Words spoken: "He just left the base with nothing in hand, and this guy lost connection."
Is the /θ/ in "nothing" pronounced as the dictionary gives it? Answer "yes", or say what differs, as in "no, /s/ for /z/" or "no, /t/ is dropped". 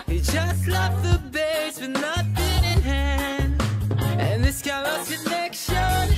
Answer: no, /t/ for /θ/